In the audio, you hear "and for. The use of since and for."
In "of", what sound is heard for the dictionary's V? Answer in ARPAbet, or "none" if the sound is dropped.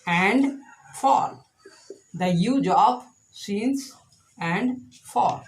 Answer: P